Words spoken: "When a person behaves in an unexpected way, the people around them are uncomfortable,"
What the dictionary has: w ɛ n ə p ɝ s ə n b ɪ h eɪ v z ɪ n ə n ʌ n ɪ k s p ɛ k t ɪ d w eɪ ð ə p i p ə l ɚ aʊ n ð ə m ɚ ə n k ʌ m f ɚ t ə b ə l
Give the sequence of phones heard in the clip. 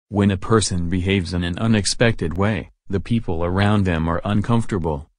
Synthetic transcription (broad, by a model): w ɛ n ə p ɝ s ə n b ɪ h eɪ v z ɪ n ə n ʌ n ɪ k s p ɛ k t ɪ d w eɪ ð ə p i p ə l ɚ aʊ n ð ə m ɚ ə n k ʌ m f t ə b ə l